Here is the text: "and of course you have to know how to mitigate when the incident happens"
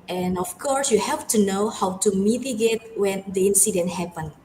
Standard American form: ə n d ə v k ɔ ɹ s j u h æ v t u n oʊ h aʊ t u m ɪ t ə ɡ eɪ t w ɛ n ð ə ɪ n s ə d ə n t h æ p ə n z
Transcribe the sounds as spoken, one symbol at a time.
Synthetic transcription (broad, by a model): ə n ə f k ɔ ɹ s j u h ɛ f t u n oʊ h aʊ t u m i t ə ɡ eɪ t w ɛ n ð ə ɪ n s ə d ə n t h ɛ p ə n